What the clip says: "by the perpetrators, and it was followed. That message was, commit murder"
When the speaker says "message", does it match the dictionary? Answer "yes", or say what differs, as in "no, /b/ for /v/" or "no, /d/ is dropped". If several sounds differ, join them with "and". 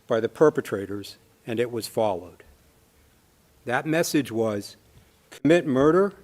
yes